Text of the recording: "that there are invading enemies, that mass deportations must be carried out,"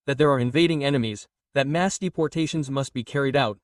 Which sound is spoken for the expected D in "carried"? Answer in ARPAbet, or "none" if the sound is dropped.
D